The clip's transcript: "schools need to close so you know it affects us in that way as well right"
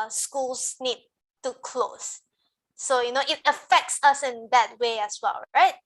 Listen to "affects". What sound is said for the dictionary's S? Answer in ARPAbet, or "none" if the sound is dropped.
S